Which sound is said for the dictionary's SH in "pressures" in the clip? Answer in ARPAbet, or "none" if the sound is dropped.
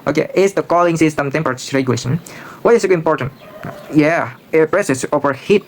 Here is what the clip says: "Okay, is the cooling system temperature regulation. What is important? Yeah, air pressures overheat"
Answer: S